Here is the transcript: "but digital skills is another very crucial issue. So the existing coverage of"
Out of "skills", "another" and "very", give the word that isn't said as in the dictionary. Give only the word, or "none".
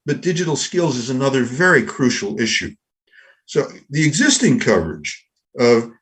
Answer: none